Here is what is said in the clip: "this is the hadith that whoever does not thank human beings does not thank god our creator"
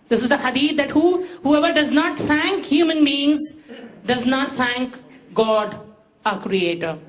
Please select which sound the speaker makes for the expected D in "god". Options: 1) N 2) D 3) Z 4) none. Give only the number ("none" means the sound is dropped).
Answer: 2